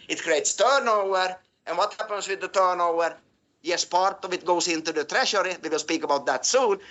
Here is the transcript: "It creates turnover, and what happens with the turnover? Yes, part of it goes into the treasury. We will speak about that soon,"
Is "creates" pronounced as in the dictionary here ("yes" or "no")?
yes